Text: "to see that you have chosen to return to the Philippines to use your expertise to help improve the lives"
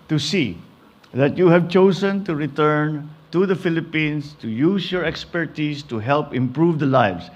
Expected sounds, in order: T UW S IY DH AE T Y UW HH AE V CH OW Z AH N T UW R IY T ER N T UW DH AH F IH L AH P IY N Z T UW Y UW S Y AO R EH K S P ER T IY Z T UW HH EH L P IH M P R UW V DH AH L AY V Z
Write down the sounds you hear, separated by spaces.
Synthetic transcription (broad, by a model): T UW S IY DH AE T Y UW HH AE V CH OW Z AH N T UW R IY T ER N T UW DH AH F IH L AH P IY N S T UW Y UW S Y AO R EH K S P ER T IY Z T UW HH EH L P IH M P R UW V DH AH L AY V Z